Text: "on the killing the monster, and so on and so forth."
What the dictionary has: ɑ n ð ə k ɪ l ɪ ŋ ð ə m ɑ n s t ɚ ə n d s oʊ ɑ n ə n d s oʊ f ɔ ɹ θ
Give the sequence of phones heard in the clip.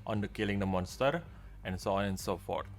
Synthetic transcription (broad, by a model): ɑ n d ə k ɪ l ɪ ŋ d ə m ɑ n s t ɚ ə n s oʊ ɑ n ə n s oʊ f ɔ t